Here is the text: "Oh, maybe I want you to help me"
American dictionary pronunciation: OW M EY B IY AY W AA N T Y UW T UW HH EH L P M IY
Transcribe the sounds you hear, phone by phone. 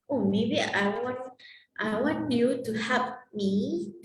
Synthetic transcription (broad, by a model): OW M EY B IY AY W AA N T Y UW T UW HH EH P M IY